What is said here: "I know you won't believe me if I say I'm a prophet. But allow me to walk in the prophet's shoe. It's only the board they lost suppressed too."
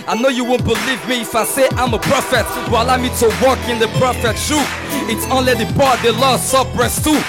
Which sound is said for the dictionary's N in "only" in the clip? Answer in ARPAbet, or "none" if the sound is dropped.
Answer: N